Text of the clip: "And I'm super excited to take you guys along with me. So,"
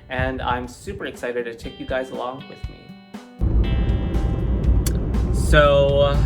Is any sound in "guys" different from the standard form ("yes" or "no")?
no